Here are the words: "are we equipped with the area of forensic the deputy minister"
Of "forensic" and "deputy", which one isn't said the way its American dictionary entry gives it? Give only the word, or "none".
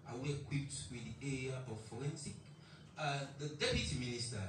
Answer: forensic